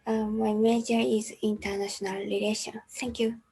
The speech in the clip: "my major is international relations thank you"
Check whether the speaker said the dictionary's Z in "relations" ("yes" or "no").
no